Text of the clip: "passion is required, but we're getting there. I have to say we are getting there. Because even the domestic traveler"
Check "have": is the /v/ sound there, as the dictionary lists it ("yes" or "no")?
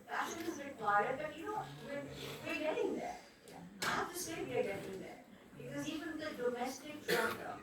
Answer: no